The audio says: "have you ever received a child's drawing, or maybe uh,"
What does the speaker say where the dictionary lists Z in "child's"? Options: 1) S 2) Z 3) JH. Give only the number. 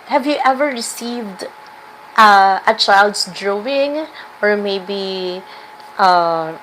1